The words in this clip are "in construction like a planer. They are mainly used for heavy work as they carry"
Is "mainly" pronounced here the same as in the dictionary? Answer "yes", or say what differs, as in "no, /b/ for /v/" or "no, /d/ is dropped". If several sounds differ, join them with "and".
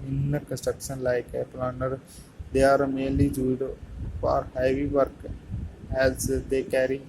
no, /n/ is dropped